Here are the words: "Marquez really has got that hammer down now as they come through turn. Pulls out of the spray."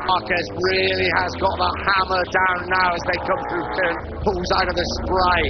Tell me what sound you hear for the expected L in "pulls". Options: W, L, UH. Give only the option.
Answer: W